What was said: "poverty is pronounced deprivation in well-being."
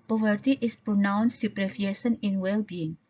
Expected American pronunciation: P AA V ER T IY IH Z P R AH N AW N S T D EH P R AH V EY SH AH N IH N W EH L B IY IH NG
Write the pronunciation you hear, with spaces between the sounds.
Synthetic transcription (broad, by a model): P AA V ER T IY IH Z P R AH N AW N S T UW P R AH F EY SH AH N IH N W EH L B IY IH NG